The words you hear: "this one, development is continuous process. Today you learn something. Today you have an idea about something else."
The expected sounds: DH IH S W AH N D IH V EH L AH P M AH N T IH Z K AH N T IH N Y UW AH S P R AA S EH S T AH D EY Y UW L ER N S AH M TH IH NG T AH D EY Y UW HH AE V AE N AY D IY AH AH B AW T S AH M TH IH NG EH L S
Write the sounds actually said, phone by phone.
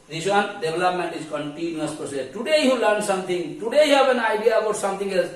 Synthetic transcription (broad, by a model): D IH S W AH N D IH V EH L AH P M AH N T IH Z K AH N T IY N Y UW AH S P AA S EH T AH D EY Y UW L ER N S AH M T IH NG T AH D EY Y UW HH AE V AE N AY D IY AH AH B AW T S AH M T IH NG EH L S